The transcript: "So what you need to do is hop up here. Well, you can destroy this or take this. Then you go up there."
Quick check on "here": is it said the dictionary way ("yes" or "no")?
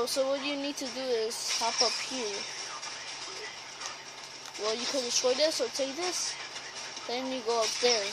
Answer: no